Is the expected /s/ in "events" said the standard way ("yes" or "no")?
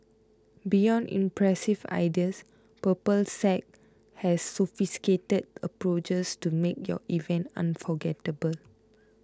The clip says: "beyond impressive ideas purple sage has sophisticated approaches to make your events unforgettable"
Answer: no